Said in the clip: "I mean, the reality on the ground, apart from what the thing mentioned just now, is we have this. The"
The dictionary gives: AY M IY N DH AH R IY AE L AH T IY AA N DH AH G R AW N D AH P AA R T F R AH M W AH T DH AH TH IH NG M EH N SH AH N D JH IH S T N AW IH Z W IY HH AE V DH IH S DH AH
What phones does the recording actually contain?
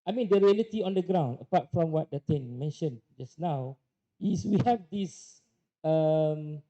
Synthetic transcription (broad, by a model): AY M IY N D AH R IY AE L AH T IY AA N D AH G R AW N D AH P AA T F R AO M W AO T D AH T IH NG M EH N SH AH N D JH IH S N AW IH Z W IY HH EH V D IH S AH